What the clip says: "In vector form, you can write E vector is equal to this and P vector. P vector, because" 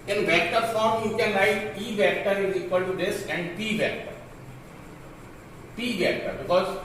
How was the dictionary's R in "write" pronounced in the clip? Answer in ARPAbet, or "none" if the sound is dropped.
L